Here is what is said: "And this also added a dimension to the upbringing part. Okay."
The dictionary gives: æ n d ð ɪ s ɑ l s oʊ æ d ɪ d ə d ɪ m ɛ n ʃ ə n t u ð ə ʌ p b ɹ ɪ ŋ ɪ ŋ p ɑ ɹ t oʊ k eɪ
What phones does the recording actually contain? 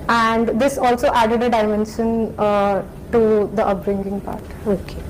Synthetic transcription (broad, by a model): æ n d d ɪ s ɑ l s oʊ æ d ɪ d ə d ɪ m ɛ n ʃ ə n t u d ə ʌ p ɹ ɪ ŋ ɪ ŋ p ɑ ɹ t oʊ k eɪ